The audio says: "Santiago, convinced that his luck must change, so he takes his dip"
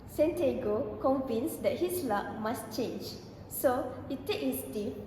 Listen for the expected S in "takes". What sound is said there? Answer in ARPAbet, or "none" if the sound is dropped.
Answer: none